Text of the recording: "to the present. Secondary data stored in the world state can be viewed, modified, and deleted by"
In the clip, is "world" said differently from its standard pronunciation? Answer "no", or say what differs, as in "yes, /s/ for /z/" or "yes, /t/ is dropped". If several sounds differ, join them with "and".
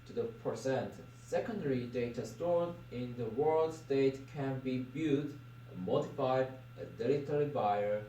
no